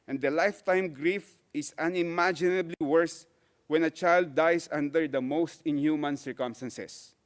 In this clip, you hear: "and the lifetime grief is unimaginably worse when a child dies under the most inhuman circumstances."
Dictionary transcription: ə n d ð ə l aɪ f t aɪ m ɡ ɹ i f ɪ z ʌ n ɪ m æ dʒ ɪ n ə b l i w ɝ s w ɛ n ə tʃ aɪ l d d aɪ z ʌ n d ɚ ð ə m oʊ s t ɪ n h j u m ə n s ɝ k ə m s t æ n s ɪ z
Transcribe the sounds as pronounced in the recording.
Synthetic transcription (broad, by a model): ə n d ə l aɪ f t aɪ m ɡ ɹ i f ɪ s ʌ n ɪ m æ dʒ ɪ n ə b l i w ɝ s w ɛ n ə tʃ aɪ l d d aɪ s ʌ n d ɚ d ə m oʊ s t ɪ n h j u m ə n s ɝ k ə m s t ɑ n s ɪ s